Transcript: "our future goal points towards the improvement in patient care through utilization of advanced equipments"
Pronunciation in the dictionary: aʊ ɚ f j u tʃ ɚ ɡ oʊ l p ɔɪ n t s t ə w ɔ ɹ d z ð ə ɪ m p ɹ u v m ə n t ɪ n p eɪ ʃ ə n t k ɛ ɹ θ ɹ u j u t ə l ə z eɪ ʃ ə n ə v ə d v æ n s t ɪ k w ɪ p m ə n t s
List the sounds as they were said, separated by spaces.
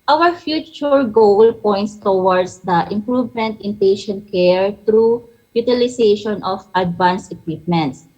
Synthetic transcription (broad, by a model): aʊ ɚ f j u tʃ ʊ ɡ oʊ l p ɔɪ n t s t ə w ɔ ɹ d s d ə ɪ m p ɹ u v m ə n t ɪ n p eɪ ʃ ə n t k ɛ ɹ t ɹ u j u t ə l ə s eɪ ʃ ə n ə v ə d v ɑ n s ɪ k w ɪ p m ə n t s